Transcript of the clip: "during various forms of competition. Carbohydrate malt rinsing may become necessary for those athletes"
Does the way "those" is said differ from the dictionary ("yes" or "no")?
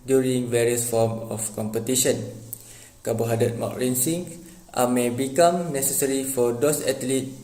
yes